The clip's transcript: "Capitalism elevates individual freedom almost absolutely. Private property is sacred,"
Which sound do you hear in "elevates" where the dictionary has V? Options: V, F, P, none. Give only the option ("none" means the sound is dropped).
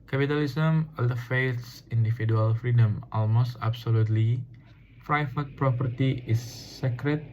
F